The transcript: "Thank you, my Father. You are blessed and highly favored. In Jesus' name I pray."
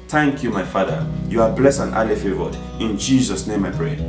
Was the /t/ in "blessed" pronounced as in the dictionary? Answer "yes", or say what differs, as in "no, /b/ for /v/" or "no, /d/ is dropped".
no, /t/ is dropped